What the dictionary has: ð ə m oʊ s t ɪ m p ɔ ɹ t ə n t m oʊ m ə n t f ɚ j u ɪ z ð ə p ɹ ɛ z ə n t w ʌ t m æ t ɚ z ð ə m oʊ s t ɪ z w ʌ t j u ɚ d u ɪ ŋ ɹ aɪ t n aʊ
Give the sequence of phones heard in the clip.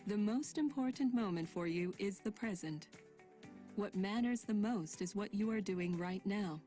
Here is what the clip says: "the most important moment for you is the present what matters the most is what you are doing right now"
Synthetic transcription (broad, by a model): ð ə m oʊ s t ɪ m p ɔ ɹ t n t m oʊ m ə n t f ɚ j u ɪ z ð ə p ɹ ɛ z ə n t w ʌ t m æ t ɚ z ð ə m oʊ s t ɪ z w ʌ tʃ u ɚ d u ɪ ŋ ɹ aɪ t n aʊ